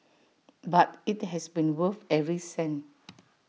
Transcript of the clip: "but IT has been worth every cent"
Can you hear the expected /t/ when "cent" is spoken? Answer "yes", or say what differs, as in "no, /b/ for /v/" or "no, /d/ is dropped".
no, /t/ is dropped